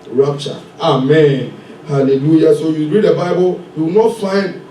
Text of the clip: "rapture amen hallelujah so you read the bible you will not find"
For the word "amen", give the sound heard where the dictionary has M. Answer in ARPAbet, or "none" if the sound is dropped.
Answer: M